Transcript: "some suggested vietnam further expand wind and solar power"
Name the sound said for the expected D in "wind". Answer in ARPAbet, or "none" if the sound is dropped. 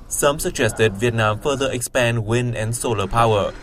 none